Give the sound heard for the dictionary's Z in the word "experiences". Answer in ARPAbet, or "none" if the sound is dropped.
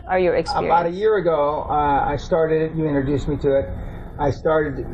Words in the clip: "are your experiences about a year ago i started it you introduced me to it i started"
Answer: none